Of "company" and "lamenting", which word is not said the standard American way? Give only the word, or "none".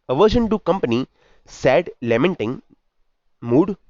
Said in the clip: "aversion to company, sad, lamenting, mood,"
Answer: none